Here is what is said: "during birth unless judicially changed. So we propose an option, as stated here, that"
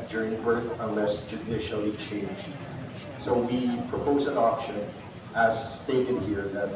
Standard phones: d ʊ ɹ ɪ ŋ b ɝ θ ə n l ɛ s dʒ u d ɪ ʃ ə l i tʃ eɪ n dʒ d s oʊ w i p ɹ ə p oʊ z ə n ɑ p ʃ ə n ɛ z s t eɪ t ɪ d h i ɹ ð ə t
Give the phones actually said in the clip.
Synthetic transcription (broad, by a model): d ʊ ɹ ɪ ŋ b ɝ θ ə n l ɛ s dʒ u d ɪ ʃ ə l i tʃ eɪ n dʒ d s oʊ w i p ɹ ə p oʊ z ə n ɑ p ʃ ə n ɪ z s t eɪ t ɪ d h i ɹ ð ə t